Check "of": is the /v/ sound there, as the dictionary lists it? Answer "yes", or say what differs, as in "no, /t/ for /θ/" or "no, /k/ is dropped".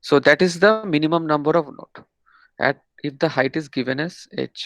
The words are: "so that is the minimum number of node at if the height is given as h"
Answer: yes